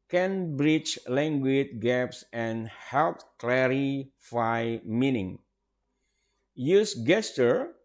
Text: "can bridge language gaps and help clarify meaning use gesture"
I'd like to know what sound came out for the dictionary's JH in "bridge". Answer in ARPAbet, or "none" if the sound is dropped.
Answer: CH